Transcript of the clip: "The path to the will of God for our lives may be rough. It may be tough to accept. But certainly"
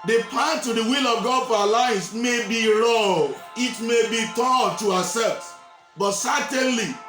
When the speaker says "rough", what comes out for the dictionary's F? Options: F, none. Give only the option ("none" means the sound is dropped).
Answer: none